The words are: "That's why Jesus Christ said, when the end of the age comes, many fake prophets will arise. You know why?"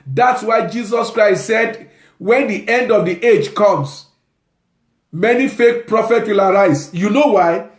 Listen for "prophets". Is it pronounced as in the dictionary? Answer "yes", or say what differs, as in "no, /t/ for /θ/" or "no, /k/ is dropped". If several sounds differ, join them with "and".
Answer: no, /s/ is dropped